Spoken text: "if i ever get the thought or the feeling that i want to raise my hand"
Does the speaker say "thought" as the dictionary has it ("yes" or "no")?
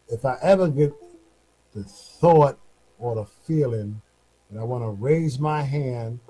yes